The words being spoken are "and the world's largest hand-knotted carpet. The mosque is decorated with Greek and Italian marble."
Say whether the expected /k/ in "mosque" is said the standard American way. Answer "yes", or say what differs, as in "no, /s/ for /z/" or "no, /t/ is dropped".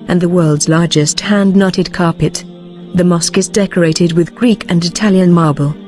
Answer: yes